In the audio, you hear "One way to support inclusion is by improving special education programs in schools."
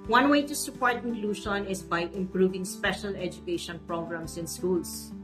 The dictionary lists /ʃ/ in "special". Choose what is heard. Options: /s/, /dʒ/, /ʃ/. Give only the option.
/ʃ/